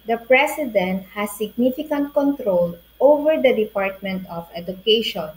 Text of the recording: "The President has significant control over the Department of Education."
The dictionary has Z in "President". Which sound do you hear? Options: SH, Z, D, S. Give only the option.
S